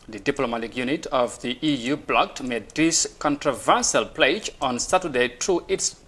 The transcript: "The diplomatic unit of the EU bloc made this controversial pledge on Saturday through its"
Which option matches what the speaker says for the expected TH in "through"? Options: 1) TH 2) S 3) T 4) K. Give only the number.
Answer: 3